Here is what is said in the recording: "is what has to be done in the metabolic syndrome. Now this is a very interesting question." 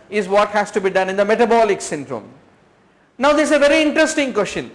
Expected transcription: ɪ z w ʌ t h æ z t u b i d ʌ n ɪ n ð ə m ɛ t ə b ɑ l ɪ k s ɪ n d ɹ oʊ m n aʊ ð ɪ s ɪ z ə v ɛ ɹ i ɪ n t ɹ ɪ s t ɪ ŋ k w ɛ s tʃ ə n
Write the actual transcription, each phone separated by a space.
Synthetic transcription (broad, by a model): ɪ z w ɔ t h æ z t u b i d ʌ n ɪ n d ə m ɛ t ə b ɑ l ɪ k s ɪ n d ɹ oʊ m n aʊ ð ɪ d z ə v ɛ ɹ i ɪ n t ɹ ɪ s t ɪ ŋ k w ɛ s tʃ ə n